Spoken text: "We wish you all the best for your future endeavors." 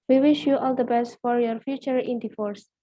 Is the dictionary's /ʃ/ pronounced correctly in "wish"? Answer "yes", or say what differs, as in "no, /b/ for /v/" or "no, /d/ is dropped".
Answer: yes